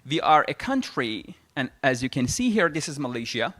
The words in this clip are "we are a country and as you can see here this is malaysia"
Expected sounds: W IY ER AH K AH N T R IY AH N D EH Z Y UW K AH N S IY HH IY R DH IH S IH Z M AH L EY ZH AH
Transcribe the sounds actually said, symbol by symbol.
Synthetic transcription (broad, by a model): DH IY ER AH K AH N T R IY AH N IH Z Y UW K AH N S IY HH IY R DH IH S IH Z M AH L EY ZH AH